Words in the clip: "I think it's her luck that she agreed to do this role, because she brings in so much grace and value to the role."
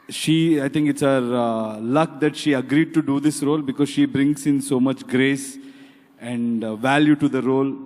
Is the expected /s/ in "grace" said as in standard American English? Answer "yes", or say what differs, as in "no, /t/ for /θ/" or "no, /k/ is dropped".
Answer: yes